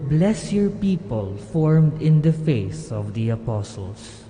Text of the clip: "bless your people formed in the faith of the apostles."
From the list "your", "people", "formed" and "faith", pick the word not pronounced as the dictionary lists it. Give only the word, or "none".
faith